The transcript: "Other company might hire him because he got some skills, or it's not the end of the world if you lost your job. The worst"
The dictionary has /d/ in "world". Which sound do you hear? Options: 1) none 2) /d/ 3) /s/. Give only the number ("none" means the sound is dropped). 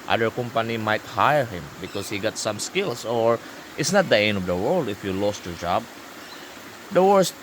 2